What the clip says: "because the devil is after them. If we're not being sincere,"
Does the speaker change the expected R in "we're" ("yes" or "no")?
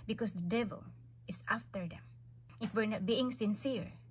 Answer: no